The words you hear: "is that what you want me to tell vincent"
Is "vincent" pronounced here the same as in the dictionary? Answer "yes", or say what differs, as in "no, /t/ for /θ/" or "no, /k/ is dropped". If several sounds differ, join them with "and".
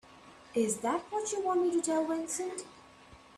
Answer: no, /w/ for /v/